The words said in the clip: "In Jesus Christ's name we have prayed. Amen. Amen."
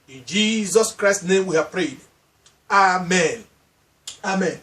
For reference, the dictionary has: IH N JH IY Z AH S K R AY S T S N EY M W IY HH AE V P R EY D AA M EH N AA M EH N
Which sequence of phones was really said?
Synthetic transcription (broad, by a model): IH N JH IY Z AH S K R AY S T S N EY M W IY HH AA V P R EY D AA M EH N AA M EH N